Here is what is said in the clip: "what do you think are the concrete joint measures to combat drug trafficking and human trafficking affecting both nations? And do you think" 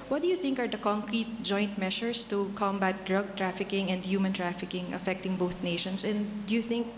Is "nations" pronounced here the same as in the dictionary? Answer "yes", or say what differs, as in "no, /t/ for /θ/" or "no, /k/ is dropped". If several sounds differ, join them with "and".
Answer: no, /s/ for /z/